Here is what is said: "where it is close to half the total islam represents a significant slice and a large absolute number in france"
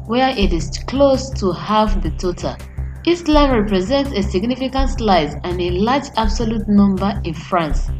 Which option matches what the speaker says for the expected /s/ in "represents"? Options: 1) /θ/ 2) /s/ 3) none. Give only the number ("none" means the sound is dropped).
2